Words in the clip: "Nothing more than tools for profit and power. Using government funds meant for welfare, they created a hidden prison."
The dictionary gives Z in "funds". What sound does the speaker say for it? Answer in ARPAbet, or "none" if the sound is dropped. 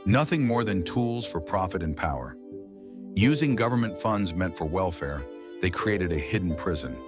Z